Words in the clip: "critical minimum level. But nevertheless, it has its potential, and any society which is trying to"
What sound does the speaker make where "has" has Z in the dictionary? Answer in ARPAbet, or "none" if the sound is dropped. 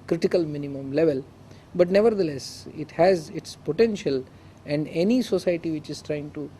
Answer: Z